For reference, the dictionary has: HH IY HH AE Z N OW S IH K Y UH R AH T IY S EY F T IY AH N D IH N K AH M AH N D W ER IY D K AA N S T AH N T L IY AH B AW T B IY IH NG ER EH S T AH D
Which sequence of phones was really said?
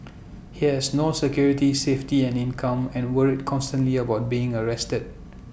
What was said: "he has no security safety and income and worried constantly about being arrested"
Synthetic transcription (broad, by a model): HH IY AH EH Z N OW S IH K Y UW R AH T IY S EY F T IY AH N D IH N K AH M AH N W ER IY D K AA N S T AH N T L IY AH B AW T B IY IH NG ER EH S T AH D